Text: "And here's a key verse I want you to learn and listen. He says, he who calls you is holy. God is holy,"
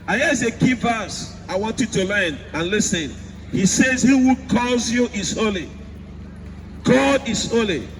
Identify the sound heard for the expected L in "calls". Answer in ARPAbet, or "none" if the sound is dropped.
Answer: none